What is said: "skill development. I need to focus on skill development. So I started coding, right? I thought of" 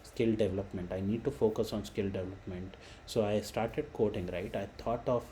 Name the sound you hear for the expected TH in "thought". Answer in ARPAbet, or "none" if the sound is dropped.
T